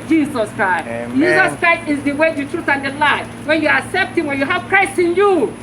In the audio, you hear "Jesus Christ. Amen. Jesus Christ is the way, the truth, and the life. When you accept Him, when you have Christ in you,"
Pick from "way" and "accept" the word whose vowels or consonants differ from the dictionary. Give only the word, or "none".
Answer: none